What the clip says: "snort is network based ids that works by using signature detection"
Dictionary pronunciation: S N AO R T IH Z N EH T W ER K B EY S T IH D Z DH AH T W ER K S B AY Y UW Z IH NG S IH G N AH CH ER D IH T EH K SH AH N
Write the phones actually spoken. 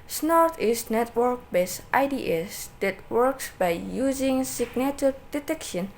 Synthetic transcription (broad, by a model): S N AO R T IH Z N EH T W ER K B EY S T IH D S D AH T W ER K S B AY Y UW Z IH NG S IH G N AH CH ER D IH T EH K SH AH N